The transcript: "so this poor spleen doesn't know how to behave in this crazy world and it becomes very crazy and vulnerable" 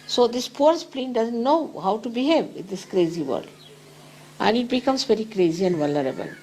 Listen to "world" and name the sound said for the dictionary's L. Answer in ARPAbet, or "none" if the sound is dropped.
none